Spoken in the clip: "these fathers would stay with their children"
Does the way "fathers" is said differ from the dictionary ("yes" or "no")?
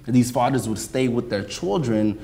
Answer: no